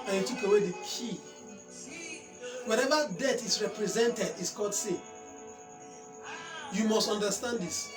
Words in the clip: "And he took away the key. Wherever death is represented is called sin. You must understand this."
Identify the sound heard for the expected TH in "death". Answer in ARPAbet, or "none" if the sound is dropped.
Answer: T